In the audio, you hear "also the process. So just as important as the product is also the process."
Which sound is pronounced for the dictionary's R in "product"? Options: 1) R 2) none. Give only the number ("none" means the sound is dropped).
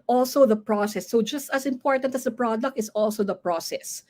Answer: 1